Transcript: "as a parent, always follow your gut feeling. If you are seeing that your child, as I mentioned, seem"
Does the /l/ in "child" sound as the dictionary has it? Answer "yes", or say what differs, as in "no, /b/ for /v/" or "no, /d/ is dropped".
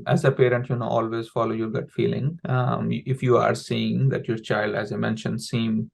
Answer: yes